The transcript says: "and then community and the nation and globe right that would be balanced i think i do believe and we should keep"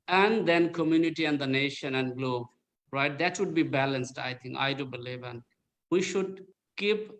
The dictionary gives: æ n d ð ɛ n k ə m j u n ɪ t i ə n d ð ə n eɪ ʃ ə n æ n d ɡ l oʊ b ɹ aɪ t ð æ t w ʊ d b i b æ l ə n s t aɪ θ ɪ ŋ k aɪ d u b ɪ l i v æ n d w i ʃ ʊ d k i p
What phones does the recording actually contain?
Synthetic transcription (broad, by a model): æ n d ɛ n k ə m j u n ɪ t i ə n d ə n eɪ ʃ ə n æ n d ɡ l oʊ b ɹ aɪ t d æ t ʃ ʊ d b i b æ l ə n s t aɪ t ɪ ŋ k aɪ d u b ɪ l i v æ n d w i ʃ ʊ d k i p